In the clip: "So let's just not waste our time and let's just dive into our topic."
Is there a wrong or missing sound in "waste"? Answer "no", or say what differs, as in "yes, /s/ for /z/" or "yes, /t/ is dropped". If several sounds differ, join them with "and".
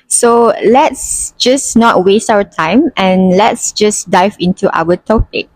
no